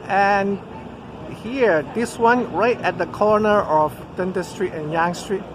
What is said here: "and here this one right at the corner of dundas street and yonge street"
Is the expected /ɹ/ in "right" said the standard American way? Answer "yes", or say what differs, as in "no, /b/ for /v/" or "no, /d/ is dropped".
yes